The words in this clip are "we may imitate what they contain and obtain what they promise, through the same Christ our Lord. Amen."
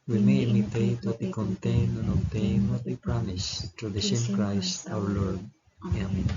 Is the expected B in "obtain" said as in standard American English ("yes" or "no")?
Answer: no